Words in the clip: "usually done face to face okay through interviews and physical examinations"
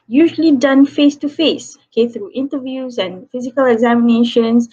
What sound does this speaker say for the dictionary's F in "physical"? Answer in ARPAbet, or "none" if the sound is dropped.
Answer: F